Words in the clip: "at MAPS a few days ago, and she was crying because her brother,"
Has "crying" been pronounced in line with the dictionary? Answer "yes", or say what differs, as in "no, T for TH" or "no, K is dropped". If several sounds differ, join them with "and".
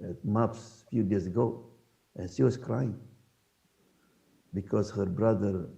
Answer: yes